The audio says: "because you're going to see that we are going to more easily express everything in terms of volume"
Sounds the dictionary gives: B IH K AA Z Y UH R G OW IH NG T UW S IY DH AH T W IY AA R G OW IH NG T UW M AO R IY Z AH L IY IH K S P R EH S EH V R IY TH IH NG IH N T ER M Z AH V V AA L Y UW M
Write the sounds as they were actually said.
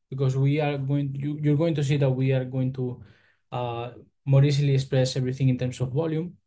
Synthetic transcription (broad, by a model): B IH K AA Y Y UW R G OW IH NG T UW S IY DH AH T W IY AA R G OW IH NG T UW M AO R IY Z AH L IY IH K S P R EH S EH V R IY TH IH NG IH N T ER M S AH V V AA L Y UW M